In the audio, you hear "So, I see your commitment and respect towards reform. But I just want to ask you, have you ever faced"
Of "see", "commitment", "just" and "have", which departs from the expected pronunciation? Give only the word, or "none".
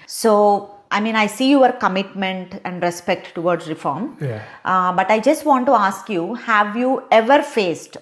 none